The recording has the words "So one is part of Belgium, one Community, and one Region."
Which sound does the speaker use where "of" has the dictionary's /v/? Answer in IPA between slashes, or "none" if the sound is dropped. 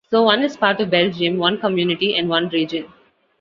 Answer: /v/